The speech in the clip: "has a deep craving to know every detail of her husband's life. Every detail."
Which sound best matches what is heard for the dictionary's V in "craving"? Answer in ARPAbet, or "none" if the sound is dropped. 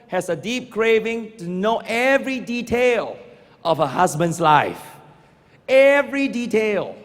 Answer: V